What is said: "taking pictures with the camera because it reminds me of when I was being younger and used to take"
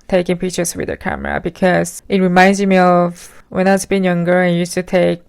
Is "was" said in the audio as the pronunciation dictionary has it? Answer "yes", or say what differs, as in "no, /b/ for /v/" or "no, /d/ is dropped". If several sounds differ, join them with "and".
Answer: no, /s/ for /z/